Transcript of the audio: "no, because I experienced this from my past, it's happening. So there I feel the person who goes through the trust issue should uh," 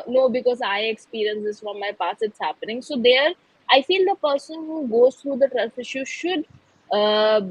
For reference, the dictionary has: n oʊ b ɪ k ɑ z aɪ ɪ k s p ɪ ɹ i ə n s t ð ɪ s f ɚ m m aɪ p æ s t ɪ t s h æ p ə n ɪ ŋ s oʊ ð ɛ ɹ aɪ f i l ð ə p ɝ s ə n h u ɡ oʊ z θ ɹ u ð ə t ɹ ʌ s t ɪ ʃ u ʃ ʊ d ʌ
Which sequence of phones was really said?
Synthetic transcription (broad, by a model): n oʊ b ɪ k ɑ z aɪ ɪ k s p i ɹ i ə n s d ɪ s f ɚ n m aɪ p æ s ɪ t s h æ p ə n ɪ ŋ s oʊ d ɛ ɹ aɪ f i l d ə p ɝ s ə n h u ɡ oʊ z t ɹ u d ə t ɹ ʌ s t ɪ ʃ u ʃ ʊ d